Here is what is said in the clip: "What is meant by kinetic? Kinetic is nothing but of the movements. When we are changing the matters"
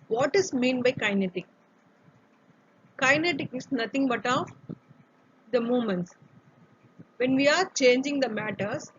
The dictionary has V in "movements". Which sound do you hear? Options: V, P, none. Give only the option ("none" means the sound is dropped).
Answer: none